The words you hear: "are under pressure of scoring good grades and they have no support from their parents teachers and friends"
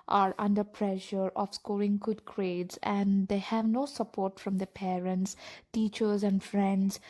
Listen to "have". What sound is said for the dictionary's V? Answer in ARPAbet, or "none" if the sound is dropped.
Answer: V